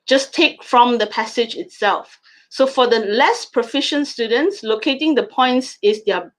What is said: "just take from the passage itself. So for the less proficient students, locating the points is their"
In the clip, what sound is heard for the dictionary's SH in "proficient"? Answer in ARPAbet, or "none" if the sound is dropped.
SH